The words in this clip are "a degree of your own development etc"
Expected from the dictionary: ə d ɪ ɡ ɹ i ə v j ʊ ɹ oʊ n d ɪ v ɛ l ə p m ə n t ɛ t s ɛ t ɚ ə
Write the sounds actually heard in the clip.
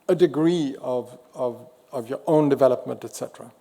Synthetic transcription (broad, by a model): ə d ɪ ɡ ɹ i ə v j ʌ ɹ oʊ n d ɪ v ɛ l ə p m ə n t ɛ t s ɛ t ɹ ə